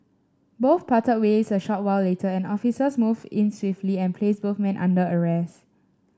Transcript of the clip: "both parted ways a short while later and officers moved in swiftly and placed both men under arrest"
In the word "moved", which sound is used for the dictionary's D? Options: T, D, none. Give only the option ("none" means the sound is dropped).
none